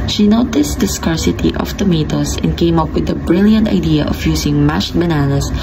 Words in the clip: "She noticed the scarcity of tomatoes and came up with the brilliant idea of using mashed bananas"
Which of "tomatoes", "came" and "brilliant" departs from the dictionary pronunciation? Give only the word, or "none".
tomatoes